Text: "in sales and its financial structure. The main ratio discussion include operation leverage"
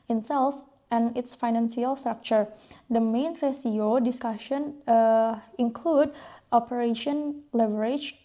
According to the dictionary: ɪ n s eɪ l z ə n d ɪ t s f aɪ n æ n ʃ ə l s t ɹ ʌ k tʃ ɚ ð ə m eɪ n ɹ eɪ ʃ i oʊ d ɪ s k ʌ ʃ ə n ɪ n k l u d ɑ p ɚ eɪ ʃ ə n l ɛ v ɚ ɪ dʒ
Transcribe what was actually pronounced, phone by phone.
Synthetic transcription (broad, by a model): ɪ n s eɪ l s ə n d ɪ t s f aɪ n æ n s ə l s t ɹ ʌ k tʃ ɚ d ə m eɪ n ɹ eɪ s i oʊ d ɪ s k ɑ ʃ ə n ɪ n k l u d ɑ p ɚ eɪ ʃ ə n l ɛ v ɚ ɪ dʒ